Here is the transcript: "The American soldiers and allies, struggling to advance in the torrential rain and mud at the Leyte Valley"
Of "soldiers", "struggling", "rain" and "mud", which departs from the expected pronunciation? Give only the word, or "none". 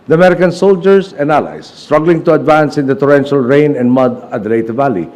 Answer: soldiers